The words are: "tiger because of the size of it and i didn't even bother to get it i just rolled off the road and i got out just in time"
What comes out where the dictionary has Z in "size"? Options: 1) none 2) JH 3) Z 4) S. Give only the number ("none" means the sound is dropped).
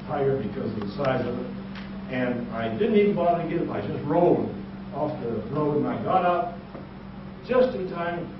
3